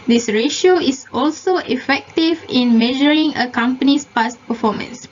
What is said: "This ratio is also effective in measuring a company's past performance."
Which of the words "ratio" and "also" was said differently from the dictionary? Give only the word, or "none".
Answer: none